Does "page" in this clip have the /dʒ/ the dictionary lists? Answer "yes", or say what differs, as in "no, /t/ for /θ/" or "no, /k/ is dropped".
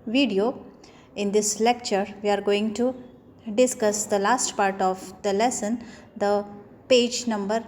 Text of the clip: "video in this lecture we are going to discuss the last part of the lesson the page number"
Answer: yes